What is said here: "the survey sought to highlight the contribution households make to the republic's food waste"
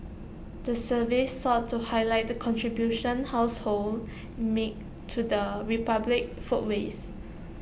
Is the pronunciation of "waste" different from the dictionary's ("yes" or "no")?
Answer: yes